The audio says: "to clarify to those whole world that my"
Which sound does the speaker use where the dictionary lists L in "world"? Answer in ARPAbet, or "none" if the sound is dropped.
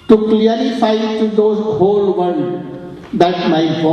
N